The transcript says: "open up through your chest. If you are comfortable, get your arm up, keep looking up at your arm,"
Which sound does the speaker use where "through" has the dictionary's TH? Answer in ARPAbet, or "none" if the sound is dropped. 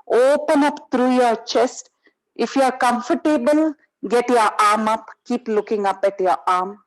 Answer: T